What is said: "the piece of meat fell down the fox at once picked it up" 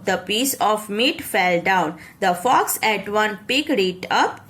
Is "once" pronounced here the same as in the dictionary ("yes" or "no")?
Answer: no